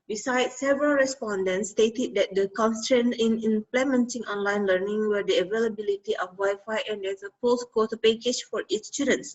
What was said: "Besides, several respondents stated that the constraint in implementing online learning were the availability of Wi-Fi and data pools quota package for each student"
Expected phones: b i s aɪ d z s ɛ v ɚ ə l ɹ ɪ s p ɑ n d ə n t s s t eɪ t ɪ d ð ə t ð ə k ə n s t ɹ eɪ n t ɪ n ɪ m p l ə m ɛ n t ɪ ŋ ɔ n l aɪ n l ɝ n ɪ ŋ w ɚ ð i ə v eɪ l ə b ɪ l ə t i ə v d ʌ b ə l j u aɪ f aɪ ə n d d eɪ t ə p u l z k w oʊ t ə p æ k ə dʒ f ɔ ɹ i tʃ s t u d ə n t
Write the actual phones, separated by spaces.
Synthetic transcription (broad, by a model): b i s aɪ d s ɛ v ɚ ə l ɹ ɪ s p ɑ n d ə n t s s t eɪ t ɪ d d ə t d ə k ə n s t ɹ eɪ n ɪ n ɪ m p l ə m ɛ n t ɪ ŋ ɔ n l aɪ n l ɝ n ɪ ŋ w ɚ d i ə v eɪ l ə b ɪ l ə t i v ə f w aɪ f aɪ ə n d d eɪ s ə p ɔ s k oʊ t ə p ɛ k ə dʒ f ɔ ɹ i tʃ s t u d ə n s